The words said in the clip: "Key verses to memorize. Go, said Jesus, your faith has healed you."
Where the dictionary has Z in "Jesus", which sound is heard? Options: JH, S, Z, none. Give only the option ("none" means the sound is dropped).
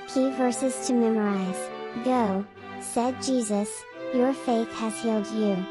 Z